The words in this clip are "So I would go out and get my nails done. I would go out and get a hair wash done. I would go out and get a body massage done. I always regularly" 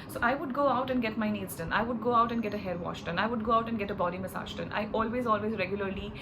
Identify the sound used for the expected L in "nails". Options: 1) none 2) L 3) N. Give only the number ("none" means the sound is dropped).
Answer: 1